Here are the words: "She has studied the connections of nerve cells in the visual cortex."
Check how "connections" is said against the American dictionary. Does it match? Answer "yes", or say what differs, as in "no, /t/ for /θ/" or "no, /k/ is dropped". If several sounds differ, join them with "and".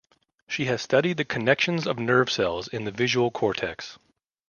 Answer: yes